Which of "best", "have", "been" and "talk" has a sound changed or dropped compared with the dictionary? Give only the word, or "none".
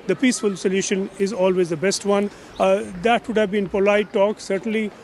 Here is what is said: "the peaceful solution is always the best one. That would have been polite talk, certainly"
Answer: none